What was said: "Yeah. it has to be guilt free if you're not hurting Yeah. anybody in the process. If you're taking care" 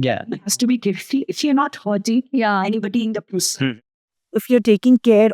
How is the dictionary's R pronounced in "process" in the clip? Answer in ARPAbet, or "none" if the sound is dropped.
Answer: none